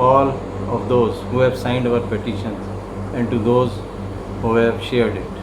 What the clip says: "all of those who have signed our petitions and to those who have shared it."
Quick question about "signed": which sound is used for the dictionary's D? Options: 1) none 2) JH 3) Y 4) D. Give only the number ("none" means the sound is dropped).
4